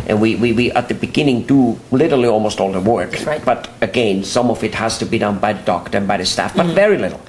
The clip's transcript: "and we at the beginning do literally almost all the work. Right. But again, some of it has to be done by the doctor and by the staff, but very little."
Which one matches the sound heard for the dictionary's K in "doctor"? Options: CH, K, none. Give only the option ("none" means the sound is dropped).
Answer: K